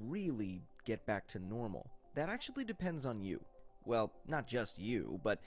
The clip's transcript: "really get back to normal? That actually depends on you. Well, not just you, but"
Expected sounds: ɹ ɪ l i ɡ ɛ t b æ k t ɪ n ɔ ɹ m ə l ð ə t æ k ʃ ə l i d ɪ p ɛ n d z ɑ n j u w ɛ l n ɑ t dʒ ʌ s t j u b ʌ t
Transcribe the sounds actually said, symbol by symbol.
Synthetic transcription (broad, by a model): ɹ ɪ l i ɡ ɛ t b æ k t ɪ n ɔ ɹ m l ð ə t æ k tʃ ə l i d ɪ p ɛ n d z n j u w ɛ l n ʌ t dʒ ʌ s t j u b ʌ t